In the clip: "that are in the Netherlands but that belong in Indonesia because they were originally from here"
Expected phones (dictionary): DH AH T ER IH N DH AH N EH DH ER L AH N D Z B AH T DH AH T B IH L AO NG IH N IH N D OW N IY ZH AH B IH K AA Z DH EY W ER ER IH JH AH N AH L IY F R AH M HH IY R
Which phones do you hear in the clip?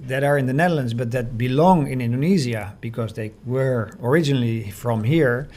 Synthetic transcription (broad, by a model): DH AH T ER IH N DH AH N EH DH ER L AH N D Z B AH T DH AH T B IH L AO NG IH N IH N D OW N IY Z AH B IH K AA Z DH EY W ER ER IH JH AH N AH L IY F R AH M HH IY R